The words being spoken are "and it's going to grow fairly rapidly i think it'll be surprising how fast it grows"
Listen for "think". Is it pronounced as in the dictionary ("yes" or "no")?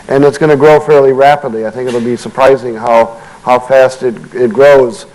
yes